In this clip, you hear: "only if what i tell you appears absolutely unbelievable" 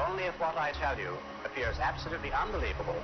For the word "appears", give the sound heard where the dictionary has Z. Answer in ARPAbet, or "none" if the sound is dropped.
Z